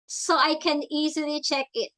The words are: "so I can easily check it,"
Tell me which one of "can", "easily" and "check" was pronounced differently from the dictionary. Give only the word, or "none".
none